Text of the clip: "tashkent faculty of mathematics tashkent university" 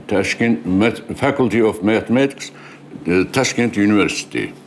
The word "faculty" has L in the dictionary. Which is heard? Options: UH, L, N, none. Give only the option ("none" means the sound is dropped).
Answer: L